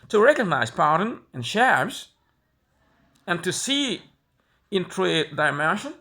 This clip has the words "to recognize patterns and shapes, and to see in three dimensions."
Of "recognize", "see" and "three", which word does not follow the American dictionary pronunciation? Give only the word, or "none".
three